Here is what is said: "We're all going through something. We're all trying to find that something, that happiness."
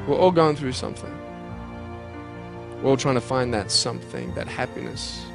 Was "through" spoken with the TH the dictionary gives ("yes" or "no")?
yes